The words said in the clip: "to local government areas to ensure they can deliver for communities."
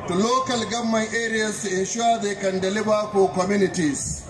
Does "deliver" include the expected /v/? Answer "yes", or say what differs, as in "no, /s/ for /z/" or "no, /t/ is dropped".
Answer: no, /b/ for /v/